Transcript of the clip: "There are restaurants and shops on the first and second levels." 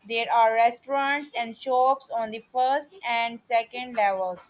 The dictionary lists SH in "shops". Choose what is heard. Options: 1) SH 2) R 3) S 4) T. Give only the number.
1